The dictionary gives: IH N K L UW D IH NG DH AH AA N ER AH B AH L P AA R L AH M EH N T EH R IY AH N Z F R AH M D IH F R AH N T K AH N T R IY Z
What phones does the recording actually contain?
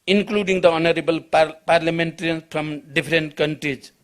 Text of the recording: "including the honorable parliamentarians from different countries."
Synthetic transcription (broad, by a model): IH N K L UW D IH NG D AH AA N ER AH B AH L P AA R L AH M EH N T R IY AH N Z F R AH M D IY P R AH N T K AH N T R IY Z